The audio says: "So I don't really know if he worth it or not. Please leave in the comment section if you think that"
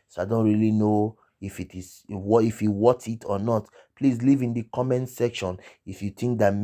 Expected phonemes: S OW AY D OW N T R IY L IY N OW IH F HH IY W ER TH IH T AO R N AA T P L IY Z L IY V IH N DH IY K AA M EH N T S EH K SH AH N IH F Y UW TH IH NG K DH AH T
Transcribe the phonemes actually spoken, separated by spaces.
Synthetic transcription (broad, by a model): S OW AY D OW N T R IY L IY N OW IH F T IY W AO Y IH T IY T N AA T P L IY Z L IY V IH N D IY K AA M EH N S EH K SH AH N IH F Y UW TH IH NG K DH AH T